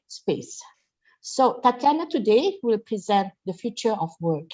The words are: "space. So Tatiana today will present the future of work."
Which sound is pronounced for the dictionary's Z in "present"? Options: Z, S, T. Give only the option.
Z